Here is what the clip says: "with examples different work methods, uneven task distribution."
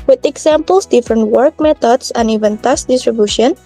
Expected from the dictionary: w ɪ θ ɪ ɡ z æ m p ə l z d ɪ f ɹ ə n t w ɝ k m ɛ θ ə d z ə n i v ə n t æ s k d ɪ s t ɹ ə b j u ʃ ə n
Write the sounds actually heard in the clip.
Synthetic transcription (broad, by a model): w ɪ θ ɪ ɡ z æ m p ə l s d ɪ f ɹ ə n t w ɝ k m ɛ t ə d s ə n i v ə n t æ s d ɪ s t ɹ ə b j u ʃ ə n